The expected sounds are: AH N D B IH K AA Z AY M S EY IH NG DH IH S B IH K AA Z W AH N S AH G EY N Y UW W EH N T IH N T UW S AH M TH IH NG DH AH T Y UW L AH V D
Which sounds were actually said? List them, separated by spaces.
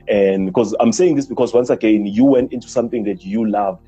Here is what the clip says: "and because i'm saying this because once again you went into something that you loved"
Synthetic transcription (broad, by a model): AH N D B IH K AA Z AY M S EY IH NG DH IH S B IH K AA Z W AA N S AH G EY N Y UW W EH N T IH N T UW S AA M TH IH NG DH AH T Y UW L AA V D